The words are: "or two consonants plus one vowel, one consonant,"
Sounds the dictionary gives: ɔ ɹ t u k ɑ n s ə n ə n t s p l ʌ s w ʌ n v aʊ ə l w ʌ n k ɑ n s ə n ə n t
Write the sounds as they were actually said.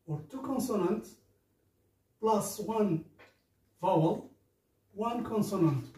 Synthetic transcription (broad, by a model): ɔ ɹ t u k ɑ n s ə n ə n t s p l ʌ s w ʌ n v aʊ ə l w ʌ n k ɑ n s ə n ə n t